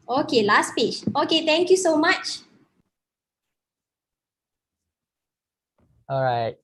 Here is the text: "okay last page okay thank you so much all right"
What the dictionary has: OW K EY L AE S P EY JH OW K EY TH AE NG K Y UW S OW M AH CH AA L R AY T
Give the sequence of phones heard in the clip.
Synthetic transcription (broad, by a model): OW K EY L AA S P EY CH OW K EY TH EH NG K Y UW S OW M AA CH AA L R AY T